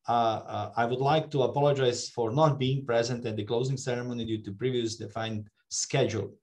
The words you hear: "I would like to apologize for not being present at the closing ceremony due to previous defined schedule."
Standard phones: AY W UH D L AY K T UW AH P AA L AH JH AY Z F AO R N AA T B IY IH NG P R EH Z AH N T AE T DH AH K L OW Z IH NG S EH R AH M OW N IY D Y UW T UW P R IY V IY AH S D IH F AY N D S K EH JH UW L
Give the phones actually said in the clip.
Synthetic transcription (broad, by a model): AY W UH D L AY K T UW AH P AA L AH JH AY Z F AO R N AA T B IY IH NG P R EH Z AH N T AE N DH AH K L OW Z IH NG S EH R AH M OW N IY D Y UW T UW P R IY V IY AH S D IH F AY N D S K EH JH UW L